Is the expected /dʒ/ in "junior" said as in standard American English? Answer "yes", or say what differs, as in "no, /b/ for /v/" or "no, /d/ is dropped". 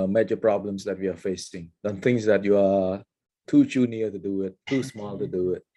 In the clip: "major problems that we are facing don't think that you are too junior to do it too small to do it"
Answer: no, /tʃ/ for /dʒ/